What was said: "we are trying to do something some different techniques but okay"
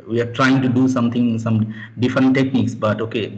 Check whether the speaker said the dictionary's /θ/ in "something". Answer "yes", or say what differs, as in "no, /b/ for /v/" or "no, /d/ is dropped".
no, /t/ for /θ/